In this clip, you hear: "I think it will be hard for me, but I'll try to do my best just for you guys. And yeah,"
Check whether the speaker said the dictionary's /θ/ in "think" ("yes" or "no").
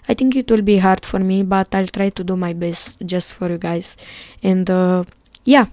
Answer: no